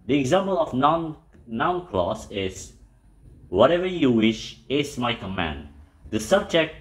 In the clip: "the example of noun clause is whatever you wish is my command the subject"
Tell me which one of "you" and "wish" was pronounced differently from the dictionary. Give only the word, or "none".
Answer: none